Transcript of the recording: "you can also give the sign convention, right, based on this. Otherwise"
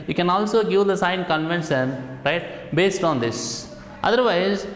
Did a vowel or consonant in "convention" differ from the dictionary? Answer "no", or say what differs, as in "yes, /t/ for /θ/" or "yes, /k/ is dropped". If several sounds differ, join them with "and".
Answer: yes, /s/ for /ʃ/